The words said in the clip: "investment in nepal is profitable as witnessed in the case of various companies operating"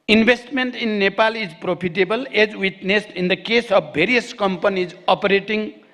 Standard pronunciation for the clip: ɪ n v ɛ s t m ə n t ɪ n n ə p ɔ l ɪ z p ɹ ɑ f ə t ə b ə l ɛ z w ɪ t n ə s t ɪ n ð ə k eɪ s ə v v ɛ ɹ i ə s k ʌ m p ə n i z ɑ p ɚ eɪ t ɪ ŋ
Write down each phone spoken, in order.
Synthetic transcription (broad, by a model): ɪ n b ɛ s t m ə n t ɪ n n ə p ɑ l ɪ z p ɹ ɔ p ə t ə b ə l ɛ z w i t n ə s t ɪ n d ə k eɪ s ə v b ɛ ɹ i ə s k ʌ m p ə n i z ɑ p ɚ eɪ t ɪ ŋ